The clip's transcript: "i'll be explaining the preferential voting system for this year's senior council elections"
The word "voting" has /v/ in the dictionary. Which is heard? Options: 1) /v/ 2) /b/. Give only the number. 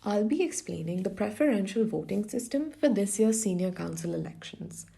1